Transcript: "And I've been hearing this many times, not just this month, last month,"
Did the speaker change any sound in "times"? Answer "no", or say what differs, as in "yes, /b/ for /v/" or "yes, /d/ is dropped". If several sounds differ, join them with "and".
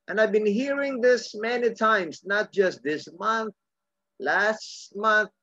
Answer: yes, /s/ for /z/